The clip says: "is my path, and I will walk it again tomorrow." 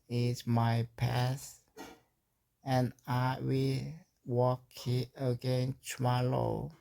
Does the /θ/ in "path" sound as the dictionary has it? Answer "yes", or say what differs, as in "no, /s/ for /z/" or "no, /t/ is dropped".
no, /s/ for /θ/